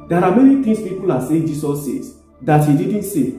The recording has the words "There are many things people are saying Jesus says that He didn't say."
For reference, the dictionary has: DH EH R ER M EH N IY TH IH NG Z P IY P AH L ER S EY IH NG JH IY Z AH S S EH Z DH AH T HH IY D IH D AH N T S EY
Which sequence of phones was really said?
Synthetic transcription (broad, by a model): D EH R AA M EH N IY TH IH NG S P IY P AH L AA S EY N JH IY S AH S S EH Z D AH T HH IY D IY D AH N T S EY